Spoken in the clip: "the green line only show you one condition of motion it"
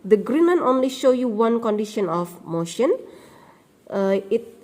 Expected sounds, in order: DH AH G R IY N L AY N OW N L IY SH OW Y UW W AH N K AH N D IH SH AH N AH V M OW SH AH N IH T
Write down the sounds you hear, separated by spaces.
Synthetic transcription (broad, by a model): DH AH G R IY N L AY N OW N L IY SH OW Y UW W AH N K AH N D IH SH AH N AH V M OW SH AH N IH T